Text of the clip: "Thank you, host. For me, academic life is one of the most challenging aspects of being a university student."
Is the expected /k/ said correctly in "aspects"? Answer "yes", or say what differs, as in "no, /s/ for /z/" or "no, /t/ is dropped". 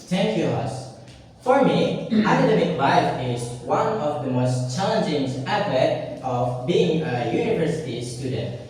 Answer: no, /k/ is dropped